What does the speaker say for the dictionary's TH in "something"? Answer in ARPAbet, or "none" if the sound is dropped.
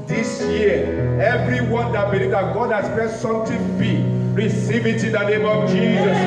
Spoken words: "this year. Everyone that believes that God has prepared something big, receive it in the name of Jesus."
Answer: T